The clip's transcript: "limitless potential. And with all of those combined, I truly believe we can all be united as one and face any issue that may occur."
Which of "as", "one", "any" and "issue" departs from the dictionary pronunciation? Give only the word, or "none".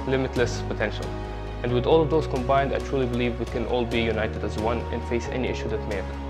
none